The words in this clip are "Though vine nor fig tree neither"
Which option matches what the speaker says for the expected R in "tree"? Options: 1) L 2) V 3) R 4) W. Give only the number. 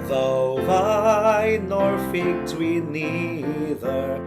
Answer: 4